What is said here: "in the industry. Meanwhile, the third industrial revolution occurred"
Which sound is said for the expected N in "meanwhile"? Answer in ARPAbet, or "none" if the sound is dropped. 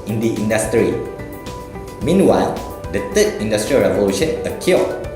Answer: N